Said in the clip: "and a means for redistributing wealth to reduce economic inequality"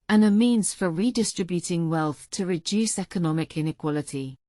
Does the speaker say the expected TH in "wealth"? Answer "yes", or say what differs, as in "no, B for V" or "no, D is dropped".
yes